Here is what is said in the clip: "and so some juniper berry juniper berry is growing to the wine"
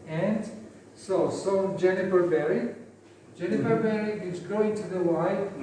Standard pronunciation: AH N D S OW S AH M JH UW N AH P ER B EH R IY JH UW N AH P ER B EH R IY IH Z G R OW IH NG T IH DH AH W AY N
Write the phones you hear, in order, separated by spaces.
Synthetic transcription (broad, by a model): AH N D S OW S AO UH JH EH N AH F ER B EH R IY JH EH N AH F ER B EH R IY IH Z G OW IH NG T IH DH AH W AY